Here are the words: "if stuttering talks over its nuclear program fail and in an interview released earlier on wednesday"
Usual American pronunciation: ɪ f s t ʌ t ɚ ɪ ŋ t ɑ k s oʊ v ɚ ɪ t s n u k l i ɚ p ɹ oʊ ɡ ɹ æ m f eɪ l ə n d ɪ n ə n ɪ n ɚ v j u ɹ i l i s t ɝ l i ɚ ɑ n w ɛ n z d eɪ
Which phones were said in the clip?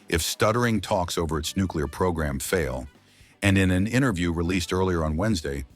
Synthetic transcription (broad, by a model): ɪ f s t ʌ t ɚ ɪ ŋ t ɑ k s oʊ v ɚ ɪ t s n u k l i ɚ p ɹ oʊ ɡ ɹ æ m f eɪ l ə n ɪ n ə n ɪ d ɚ v j u ɹ i l i s t ɝ l i ɚ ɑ n w ɛ n z d eɪ